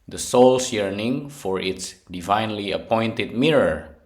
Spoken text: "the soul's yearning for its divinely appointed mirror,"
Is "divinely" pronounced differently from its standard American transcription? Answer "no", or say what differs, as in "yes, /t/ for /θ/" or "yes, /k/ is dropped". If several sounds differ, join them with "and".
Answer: no